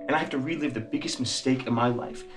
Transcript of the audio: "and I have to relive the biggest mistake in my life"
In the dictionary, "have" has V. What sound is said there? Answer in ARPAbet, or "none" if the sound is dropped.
F